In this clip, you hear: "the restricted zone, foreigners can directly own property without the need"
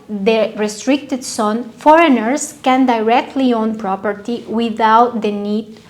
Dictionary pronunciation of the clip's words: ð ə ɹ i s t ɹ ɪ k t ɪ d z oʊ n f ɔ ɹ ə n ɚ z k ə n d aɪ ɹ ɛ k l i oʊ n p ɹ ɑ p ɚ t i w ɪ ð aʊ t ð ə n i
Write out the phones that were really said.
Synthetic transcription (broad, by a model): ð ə ɹ i s t ɹ ɪ k t ɪ d s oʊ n f ɔ ɹ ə n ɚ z k ə n d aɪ ɹ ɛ k l i oʊ n p ɹ ɑ p ɚ t i w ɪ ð aʊ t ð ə n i